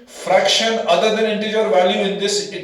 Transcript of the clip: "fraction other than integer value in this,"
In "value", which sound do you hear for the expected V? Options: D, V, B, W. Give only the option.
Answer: V